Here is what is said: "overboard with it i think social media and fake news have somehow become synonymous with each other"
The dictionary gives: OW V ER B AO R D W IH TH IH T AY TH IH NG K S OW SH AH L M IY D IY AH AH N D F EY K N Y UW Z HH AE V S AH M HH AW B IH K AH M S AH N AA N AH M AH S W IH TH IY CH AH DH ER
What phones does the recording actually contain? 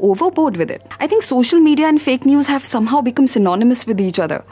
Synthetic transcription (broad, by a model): OW V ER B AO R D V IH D IH T AY T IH NG K S OW SH AH L M IY D IY AH AH N D F EY K N Y UW Z HH AE V S AH M HH AW B IH K AH M S AH N AA N AH M AH S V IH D IY CH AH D ER